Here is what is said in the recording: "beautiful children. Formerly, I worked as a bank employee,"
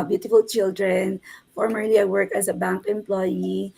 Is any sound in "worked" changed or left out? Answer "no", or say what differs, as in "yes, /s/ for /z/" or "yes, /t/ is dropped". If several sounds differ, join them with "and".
yes, /t/ is dropped